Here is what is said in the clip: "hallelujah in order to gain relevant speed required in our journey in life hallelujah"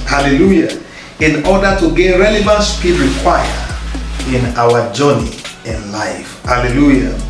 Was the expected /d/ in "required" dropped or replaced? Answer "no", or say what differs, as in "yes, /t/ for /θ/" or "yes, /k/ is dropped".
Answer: yes, /d/ is dropped